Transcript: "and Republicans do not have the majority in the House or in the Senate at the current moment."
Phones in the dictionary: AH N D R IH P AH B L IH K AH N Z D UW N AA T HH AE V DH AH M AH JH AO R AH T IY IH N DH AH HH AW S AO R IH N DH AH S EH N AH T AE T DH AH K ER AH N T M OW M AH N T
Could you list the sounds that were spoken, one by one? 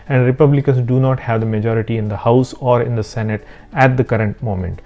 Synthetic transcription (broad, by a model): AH N D R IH P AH B L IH K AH N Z D UW N AA T HH AE V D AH M AH JH AO R AH T IY IH N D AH HH AW S AO R IH N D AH S EH N AH T AE T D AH K ER AH N T M OW M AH N T